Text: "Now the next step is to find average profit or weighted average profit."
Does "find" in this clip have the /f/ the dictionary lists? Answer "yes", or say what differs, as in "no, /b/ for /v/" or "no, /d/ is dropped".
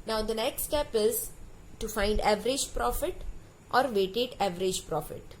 yes